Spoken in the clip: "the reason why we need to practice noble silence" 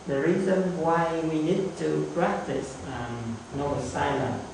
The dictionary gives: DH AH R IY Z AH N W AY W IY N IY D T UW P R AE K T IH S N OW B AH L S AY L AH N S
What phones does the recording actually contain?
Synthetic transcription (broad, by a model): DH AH R IY Z AH N W AY W IY N IY D T UW P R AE K T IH S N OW AH S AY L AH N